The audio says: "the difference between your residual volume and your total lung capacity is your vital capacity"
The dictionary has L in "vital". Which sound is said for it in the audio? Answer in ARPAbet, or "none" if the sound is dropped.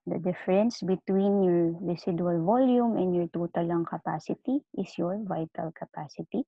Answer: L